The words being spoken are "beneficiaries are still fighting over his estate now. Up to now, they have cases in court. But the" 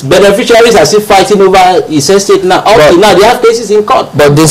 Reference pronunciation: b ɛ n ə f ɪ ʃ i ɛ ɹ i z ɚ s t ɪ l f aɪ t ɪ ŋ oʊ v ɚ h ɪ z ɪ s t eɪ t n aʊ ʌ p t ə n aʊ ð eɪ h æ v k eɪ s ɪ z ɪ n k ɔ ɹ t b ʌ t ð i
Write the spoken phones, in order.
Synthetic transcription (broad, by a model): b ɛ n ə f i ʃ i ɹ i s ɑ s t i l f aɪ t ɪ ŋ oʊ v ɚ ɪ s ɪ s t eɪ t n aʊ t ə n aʊ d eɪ h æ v k eɪ s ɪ s ɪ n k ɔ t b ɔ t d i